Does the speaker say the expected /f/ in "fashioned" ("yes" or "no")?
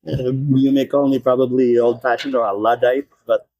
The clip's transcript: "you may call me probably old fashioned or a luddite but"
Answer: no